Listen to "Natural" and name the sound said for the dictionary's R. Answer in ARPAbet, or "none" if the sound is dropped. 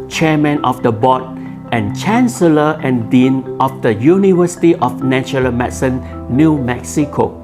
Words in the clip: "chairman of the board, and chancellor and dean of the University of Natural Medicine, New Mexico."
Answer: none